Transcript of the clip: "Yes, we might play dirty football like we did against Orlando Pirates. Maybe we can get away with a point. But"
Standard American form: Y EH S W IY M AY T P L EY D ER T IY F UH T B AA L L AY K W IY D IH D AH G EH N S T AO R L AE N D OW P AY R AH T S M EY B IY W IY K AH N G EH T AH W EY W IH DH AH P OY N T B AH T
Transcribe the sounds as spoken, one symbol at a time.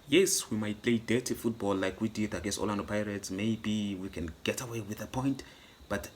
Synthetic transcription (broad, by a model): Y EH S W IY M AY T P L EY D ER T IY F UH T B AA L L AY K W IY D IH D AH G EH S AO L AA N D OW P AY R AH T S M EY B IY W IY K AH N G EH T AH W EY W IH DH AH P OY N T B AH T